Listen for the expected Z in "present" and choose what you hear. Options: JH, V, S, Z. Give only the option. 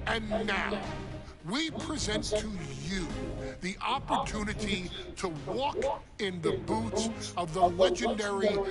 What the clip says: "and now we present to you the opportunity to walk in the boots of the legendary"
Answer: Z